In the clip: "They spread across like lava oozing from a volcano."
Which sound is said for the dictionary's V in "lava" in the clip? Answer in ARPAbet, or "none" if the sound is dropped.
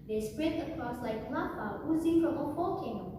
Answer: P